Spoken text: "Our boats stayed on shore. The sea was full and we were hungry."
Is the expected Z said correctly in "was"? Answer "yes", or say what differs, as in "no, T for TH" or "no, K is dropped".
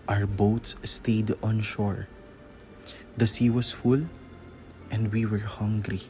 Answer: no, S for Z